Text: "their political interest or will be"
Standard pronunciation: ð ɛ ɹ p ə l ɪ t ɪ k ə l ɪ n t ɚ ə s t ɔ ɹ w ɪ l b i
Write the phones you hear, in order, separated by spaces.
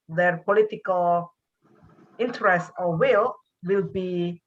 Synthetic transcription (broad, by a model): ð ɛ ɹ p ə l ɪ t ɪ k ə l ɪ n t ɚ ə s t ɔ l w ɪ l b i